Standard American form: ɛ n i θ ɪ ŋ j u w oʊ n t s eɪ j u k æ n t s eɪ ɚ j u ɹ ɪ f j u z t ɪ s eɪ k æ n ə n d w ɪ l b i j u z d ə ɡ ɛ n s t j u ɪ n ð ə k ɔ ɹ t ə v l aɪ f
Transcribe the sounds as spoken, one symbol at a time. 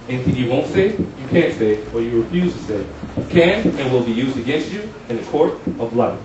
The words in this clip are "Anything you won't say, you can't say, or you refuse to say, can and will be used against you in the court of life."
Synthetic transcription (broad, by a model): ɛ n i θ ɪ ŋ j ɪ w oʊ n t s eɪ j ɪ k æ n t s eɪ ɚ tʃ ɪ ɹ ɪ f j u z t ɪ s eɪ k æ n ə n w ɪ l b i j u z d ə ɡ ɛ n s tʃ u ɪ n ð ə k ɔ ɹ t ə v l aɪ